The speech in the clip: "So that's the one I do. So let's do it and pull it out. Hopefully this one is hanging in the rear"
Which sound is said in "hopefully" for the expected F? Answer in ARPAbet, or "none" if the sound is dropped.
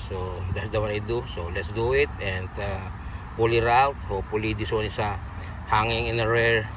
none